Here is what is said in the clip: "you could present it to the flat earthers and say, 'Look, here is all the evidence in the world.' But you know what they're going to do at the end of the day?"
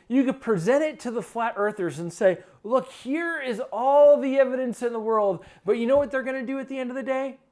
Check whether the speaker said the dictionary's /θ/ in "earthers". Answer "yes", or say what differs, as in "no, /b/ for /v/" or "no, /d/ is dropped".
yes